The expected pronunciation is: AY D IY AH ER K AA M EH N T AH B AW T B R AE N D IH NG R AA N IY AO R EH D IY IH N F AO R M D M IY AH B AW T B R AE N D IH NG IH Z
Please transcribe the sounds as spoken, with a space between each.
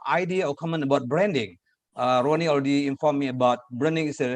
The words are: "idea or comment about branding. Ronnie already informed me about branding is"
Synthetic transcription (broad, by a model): AY D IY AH K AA M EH N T AH B AW T B R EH N D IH NG R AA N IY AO L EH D IY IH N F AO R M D M IY AH B AW T B R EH N D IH NG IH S